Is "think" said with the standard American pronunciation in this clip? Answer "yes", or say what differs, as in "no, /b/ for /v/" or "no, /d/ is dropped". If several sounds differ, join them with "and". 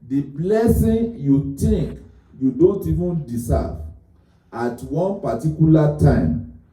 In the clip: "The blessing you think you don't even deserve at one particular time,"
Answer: no, /t/ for /θ/